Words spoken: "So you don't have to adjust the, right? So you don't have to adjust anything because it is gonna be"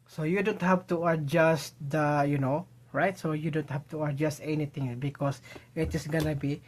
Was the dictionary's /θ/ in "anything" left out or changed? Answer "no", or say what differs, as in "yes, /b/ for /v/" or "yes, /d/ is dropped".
yes, /t/ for /θ/